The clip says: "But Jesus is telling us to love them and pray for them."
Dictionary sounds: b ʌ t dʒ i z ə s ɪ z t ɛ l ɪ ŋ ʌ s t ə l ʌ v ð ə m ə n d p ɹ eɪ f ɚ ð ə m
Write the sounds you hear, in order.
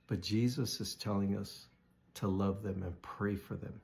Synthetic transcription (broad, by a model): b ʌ t dʒ i z ə s ɪ z t ɛ l ɪ ŋ ʌ s t ə l ʌ v ð ə m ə n p ɹ eɪ f ɚ ð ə m